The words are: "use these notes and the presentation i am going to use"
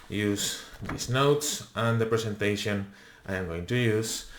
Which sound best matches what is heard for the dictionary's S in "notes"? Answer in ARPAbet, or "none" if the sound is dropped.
S